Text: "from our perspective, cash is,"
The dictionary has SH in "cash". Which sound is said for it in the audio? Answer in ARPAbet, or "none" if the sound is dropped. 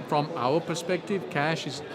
SH